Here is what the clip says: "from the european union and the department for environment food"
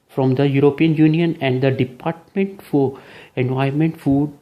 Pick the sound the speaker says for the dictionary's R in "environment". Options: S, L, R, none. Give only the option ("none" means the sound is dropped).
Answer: none